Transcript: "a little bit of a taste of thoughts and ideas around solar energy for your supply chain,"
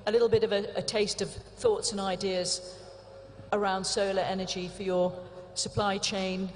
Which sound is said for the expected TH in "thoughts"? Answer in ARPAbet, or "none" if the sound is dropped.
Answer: TH